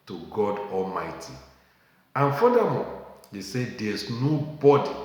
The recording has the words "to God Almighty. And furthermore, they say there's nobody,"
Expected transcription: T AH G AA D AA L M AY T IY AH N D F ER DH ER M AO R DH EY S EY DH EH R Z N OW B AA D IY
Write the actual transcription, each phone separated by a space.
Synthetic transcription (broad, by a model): T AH G AA D AA L M AY T IY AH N F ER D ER M AO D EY S EY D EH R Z N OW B AA D IY